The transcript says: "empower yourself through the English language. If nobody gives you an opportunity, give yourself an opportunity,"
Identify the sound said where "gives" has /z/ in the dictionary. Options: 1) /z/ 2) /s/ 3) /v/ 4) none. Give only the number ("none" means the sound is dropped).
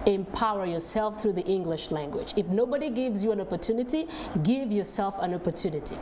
1